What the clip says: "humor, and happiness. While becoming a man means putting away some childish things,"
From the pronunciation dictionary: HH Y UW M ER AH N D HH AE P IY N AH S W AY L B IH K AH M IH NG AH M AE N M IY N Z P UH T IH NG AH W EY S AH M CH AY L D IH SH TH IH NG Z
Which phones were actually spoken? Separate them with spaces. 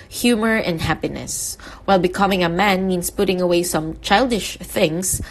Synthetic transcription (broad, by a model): HH Y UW M ER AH N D HH AE P IY N AH S W AY L B IH K AH M IH NG AH M AE N M IY N S P UH T IH NG AH W EY S AH M CH AY L D IH SH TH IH NG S